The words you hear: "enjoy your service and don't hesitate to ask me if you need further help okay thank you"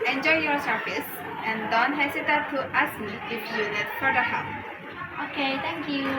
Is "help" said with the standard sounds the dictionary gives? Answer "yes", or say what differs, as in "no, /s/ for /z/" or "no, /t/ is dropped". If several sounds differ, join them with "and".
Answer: no, /l/ is dropped